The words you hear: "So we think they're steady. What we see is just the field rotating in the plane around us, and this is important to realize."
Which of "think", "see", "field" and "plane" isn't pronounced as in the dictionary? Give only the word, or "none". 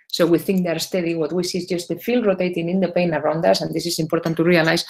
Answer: plane